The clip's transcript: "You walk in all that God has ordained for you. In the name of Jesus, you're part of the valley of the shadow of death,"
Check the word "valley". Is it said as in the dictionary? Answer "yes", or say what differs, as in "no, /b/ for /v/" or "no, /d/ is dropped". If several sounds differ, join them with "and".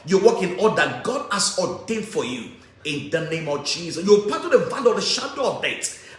no, /n/ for /l/